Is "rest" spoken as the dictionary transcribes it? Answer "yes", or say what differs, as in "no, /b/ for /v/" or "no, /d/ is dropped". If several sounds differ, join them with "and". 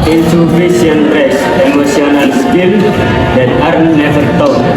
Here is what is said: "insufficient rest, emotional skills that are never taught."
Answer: no, /t/ is dropped